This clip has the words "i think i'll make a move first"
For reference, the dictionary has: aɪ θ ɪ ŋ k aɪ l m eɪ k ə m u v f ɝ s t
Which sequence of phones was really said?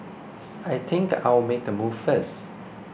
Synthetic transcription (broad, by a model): aɪ t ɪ ŋ k aɪ w m eɪ k ə m u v f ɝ s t